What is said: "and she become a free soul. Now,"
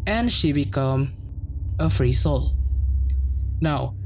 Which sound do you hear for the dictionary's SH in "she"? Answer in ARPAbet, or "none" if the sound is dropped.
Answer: SH